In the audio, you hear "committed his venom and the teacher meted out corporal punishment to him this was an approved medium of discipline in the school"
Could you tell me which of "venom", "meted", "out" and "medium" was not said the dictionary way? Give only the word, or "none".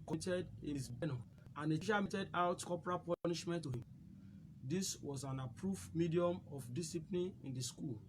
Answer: venom